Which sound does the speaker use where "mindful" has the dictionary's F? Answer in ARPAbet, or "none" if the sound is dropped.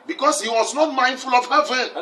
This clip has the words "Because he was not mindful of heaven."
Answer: F